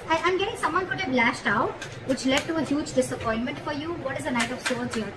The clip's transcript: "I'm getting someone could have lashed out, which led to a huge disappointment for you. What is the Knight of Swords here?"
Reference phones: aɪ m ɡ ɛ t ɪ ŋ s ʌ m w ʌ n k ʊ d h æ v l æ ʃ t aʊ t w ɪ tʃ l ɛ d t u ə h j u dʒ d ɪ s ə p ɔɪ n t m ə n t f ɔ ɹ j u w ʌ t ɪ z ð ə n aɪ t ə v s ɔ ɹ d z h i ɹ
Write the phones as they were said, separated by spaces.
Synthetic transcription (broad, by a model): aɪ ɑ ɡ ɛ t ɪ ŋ s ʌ m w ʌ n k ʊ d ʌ b l æ ʃ t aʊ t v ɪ tʃ l ɛ d t u ə h j u dʒ d ɪ s ə p ɔɪ n t m ə n t f ɔ ɹ j u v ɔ t ɪ z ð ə n aɪ t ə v s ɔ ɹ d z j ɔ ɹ